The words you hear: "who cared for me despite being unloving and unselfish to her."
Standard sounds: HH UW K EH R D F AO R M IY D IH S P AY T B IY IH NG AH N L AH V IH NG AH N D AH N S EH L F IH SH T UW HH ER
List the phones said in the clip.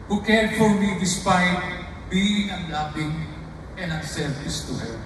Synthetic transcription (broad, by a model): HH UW K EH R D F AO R M IY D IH S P AY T B IY IH NG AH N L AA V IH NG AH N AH S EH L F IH S T UW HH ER